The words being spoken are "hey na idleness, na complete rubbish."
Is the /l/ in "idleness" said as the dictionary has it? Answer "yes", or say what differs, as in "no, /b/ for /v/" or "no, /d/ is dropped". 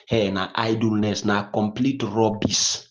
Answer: yes